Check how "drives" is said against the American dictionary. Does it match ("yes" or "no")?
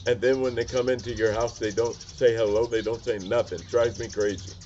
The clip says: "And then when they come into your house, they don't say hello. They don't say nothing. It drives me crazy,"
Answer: no